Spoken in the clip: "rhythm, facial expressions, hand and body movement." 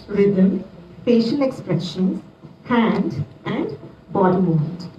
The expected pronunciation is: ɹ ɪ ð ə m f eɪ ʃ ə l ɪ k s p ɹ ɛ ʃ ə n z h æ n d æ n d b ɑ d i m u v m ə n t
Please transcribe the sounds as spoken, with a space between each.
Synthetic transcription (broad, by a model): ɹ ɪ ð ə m p eɪ ʃ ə n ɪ k s p ɹ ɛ ʃ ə n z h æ n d æ n d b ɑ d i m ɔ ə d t